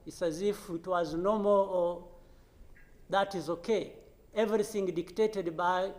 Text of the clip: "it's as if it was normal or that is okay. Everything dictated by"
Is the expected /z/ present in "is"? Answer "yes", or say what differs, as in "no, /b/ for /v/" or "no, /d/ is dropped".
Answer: yes